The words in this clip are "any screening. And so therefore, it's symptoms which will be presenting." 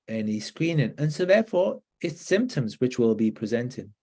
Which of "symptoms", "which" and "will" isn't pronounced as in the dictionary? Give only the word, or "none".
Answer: none